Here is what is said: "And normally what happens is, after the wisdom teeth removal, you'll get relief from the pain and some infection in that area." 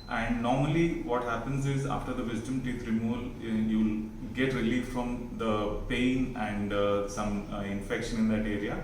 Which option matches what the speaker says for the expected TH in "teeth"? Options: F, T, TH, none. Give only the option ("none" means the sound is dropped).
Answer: T